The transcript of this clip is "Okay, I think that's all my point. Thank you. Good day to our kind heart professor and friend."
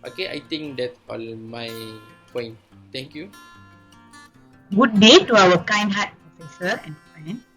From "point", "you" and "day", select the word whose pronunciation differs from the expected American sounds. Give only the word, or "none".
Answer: none